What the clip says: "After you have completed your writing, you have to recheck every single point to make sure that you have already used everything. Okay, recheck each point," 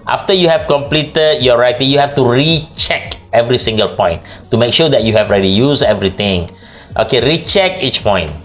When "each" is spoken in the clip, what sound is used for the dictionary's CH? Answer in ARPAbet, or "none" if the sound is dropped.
CH